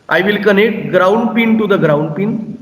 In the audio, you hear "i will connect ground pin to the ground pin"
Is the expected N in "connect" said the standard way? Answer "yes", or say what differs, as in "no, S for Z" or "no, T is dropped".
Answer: yes